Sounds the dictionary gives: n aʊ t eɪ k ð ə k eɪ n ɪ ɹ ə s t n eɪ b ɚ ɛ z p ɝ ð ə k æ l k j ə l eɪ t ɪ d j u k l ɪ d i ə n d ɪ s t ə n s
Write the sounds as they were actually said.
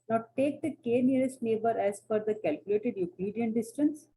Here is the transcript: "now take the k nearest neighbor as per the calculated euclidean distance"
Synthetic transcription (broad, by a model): n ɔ t eɪ k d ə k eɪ n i ɹ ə s t n eɪ b ɚ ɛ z f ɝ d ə k æ l k j ə l eɪ t ɪ d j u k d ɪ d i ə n d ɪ s t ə n s